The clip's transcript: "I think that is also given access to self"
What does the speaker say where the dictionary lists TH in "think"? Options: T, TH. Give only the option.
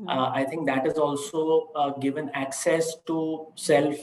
T